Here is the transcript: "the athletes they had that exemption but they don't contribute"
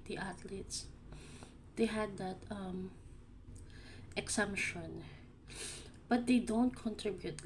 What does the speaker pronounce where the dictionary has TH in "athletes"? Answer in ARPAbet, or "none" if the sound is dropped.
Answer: T